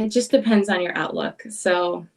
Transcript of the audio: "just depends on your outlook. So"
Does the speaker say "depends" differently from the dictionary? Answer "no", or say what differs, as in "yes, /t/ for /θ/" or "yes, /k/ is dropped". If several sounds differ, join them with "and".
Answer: no